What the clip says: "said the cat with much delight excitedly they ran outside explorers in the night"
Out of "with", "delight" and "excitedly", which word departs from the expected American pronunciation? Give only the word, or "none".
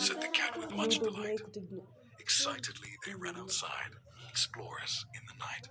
delight